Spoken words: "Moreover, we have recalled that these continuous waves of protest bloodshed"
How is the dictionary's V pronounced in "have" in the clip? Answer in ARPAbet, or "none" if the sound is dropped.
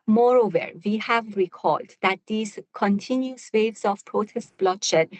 V